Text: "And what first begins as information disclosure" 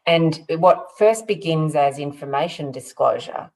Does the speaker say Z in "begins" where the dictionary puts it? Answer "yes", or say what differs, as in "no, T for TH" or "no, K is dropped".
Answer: yes